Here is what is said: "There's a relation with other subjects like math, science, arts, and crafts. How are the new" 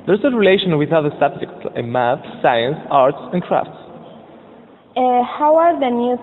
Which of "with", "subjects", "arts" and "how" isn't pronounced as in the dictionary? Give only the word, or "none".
none